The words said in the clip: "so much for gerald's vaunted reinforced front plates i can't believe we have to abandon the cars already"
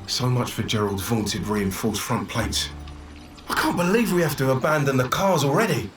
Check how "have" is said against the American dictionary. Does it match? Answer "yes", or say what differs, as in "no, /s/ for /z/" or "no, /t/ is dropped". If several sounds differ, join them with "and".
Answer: no, /f/ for /v/